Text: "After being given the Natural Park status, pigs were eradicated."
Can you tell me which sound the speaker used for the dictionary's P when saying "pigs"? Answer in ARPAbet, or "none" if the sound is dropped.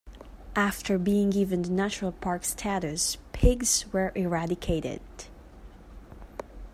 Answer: P